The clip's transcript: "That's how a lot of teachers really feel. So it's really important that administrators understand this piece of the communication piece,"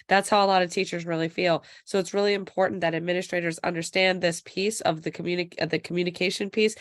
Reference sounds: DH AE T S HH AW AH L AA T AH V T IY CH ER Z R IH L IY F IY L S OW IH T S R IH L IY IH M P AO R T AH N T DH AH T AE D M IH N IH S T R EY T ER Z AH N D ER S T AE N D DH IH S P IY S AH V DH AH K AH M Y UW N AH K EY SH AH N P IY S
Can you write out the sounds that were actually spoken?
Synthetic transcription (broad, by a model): DH AE T S HH AW AH L AA T AH V T IY CH ER Z R IH L IY F IY L S OW IH T S R IH L IY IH M P AO R T N DH AH T AE D M IH N IH S T R EY T ER Z AH N D ER S T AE N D DH IH S P IY S AH V DH AH K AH M Y UW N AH K EY SH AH N P IY S